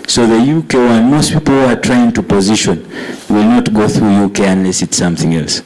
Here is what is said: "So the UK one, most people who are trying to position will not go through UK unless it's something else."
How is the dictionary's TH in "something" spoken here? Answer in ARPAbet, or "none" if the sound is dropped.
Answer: TH